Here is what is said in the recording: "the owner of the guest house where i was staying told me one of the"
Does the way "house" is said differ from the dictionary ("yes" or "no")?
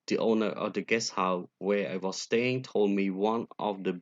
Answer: yes